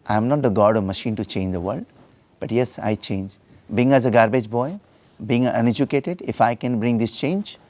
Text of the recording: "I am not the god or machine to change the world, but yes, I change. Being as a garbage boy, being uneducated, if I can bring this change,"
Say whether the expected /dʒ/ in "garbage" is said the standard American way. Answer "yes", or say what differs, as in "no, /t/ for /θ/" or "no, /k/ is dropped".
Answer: yes